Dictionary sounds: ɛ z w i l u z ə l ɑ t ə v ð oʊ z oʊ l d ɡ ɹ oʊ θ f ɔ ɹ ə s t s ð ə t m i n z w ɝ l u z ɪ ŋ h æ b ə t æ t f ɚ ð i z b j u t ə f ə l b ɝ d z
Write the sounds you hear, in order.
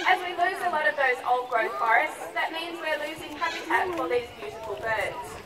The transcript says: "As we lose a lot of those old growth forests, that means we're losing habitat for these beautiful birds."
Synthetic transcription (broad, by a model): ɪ z w i l u z ə l ɑ t ə v ð oʊ z oʊ l d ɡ ɹ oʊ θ f ɔ ɹ ə s t s ð ə t m i n z w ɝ l u z ɪ ŋ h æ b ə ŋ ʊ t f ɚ ð i z b j u t ə f ə l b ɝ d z